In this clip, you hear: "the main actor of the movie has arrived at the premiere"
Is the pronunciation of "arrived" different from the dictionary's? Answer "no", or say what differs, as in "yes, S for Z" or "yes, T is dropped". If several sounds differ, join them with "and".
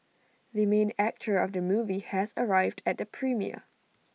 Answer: no